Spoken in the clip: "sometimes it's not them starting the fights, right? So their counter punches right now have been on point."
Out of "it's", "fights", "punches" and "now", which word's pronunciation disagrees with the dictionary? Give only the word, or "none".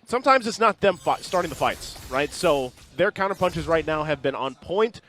none